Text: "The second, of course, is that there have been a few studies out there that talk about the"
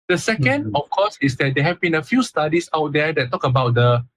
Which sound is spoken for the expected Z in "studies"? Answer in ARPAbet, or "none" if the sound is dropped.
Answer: S